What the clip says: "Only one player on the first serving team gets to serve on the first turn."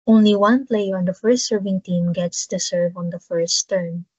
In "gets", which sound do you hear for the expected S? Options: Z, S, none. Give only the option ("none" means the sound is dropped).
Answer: S